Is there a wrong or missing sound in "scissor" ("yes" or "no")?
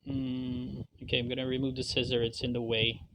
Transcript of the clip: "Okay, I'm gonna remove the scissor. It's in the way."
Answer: no